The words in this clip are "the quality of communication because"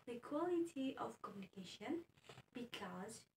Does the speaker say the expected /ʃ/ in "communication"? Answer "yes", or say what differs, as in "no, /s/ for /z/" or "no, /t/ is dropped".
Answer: yes